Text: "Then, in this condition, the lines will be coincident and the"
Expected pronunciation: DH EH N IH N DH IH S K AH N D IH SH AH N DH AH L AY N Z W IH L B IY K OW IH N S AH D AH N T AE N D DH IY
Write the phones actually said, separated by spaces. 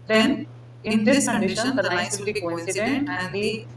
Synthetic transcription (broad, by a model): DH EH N IH N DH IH S K AH N D IH SH AH N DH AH N AY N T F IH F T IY K OW IH N S AH D AH N T AE N D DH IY